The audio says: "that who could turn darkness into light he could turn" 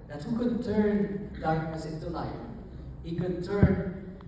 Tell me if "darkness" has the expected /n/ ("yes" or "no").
no